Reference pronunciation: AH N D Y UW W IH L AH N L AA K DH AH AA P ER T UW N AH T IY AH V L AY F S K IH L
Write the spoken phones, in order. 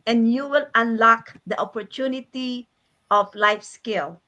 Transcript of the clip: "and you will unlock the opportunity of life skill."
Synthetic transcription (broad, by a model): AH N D Y UW W IH L AH N L AA K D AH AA P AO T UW N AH T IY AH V L AY F S K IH L